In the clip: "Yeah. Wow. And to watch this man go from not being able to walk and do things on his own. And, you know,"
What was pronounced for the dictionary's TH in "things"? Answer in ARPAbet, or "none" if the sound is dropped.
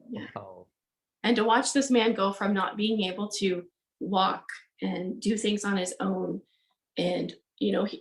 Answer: TH